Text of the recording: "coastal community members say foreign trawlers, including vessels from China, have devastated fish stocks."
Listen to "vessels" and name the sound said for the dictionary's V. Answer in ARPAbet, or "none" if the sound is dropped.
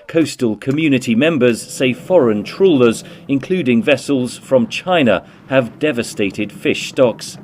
V